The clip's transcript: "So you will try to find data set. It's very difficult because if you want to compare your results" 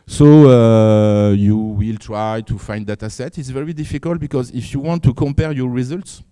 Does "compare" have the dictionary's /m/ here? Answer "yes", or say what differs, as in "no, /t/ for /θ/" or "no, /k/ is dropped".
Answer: yes